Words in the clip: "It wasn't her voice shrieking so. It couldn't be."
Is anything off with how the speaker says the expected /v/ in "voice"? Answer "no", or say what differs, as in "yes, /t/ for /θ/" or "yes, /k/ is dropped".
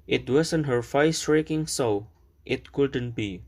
yes, /f/ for /v/